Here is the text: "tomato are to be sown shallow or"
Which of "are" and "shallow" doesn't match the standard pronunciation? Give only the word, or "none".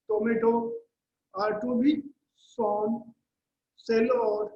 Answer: shallow